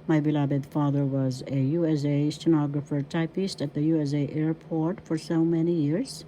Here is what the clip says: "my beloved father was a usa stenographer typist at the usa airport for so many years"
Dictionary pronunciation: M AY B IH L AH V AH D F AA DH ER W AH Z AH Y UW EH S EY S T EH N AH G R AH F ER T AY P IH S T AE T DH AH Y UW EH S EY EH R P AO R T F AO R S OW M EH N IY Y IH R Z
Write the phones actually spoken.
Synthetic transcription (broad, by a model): M AY B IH L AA B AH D F AA DH ER W AH Z AH Y UW EH S EY S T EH N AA G R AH F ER T AY P IH S T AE T DH AH Y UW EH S EY EH R P AO R T F AO R S OW M EH N IY Y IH R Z